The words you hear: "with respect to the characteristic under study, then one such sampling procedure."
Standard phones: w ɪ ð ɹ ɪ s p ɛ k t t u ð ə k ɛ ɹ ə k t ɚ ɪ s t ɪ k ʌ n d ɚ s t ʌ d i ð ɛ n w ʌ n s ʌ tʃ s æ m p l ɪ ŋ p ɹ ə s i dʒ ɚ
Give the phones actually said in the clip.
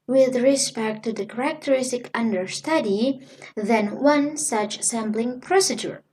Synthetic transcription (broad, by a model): w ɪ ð ɹ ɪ s p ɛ k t t u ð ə k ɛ ɹ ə k t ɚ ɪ s t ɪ k ʌ n d ɚ s t ʌ d i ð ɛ n w ʌ n s ʌ tʃ s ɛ m b l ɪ ŋ p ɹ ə s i dʒ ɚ